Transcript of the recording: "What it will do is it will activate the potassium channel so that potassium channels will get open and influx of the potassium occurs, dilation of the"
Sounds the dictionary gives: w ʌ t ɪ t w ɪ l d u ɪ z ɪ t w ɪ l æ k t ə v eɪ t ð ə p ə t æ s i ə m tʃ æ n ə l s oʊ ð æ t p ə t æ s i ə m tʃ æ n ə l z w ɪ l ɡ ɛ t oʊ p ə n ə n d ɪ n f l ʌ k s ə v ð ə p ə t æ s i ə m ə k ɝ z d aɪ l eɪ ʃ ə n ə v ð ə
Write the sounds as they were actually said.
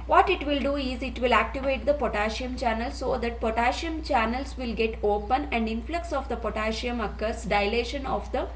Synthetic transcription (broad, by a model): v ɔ t ɪ t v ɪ l d u ɪ z ɪ t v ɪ l æ k t ə v eɪ t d ə p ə t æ ʃ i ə m tʃ æ n ə l s oʊ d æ t p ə t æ ʃ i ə m tʃ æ n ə l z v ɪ l ɡ ɛ t oʊ p ə n ə n d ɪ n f l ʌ k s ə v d ə p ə t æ ʃ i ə m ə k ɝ s d aɪ l eɪ ʃ ə n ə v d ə